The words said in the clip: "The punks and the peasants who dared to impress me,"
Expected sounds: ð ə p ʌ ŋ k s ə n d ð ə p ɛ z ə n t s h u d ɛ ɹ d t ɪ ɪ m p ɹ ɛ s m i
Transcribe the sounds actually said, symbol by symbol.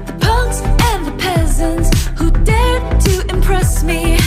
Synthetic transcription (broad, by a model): ð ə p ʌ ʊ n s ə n ð ə p ɛ z ə n t s h u d ɛ ɹ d t ɪ ɪ m p ɹ ɛ s m i